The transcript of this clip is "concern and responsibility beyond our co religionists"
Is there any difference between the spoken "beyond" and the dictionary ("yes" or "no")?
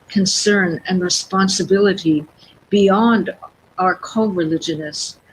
no